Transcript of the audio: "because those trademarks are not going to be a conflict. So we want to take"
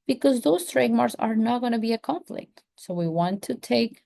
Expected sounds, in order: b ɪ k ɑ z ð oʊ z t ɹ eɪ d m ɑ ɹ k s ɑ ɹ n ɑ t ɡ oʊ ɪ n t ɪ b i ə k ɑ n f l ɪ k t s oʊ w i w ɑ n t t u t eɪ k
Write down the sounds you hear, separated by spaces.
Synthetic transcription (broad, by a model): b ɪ k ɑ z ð oʊ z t ɹ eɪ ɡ m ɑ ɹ s ɑ ɹ n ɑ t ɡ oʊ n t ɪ b i ə k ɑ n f l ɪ k t s oʊ w i w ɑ n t t u t eɪ k